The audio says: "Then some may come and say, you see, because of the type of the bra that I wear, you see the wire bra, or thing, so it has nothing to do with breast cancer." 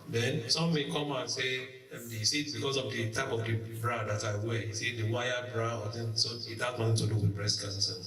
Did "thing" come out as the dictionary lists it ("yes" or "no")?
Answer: no